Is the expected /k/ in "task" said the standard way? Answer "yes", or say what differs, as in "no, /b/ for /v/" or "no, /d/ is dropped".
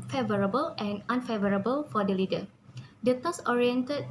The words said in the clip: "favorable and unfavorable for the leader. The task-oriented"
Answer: no, /k/ is dropped